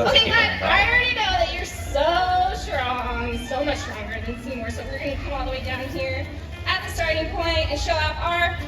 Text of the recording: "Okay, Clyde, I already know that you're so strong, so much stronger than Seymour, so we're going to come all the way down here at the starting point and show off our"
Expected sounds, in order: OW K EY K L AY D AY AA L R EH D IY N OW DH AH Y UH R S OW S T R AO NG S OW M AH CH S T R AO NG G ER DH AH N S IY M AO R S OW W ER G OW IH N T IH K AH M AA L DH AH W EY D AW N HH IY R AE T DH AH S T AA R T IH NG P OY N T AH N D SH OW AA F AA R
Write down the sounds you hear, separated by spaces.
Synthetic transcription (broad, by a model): OW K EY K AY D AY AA N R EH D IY N OW DH AH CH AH R S OW S T R AO NG S OW M AH CH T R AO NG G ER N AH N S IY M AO R S OW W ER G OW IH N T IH K AH M AA L DH AH W EY D AW N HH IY R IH T DH AH S T AA R T IH NG P OY N T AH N SH OW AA P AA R